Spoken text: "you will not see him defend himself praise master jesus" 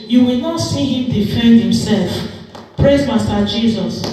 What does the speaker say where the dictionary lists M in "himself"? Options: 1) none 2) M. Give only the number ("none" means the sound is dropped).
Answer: 2